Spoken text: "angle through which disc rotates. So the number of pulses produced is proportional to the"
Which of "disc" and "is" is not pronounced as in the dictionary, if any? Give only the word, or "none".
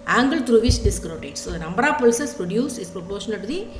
is